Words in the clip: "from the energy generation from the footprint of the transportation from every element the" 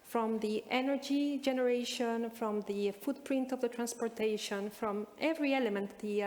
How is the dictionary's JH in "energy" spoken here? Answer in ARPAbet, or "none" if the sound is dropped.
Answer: JH